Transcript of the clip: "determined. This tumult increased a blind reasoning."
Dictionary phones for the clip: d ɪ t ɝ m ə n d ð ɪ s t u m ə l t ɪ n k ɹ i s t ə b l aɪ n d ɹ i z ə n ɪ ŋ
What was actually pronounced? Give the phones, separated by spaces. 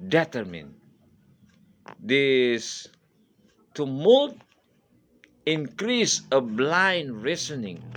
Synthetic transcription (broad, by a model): d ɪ t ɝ m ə n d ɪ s t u m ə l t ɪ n k ɹ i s ə b l aɪ n d ɹ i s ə n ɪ ŋ